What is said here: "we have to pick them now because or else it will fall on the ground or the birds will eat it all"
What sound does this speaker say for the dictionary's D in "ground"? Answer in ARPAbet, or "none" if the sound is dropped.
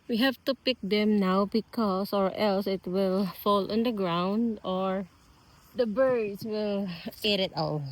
D